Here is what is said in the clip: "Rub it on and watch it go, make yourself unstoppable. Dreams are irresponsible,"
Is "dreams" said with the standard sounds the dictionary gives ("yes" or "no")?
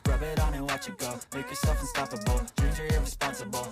no